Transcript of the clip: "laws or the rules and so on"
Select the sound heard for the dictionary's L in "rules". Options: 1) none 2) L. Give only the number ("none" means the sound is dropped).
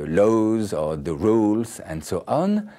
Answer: 2